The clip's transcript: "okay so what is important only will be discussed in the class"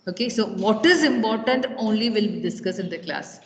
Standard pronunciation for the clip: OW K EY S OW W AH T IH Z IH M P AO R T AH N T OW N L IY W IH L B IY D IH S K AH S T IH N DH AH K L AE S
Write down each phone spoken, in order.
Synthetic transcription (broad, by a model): OW K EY S OW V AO T IH Z IH M P AO R T AH N T OW N L IY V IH L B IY D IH S K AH S IH N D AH K L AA S